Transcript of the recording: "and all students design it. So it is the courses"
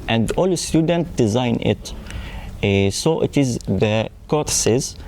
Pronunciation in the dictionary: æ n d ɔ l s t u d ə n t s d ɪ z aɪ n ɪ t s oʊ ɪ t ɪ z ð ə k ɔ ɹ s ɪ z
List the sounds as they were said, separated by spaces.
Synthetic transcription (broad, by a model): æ n d ɔ l s t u d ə n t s d ɪ z aɪ n ɪ t s oʊ ɪ t ɪ z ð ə k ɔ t s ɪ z